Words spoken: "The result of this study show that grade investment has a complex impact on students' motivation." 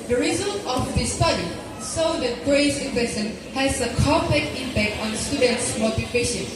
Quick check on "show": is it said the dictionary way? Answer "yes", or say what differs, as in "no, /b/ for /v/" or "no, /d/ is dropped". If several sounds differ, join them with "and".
no, /s/ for /ʃ/